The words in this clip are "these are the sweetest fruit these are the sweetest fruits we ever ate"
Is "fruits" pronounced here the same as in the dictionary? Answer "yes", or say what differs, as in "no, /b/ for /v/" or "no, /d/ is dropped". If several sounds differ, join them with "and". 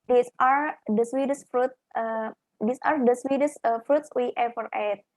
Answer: yes